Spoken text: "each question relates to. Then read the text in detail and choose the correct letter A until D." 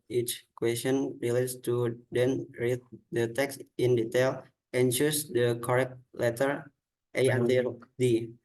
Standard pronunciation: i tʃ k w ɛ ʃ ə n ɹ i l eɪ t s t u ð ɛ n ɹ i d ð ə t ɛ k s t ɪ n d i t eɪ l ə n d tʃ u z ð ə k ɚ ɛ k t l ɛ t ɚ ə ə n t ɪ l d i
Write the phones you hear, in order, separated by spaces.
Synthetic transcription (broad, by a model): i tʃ k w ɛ s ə n ɹ i l eɪ t s t u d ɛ n ɹ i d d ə t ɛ k s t ɪ n d i t eɪ l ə n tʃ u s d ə k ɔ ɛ k t l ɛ t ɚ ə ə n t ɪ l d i